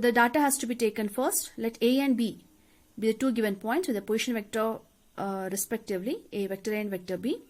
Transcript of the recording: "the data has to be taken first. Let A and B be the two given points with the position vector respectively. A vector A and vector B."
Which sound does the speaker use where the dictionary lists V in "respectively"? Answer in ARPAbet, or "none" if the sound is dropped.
V